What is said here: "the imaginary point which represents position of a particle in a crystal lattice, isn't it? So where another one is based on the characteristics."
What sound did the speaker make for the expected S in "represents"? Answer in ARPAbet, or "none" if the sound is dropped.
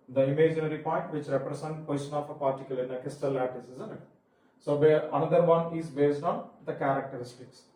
none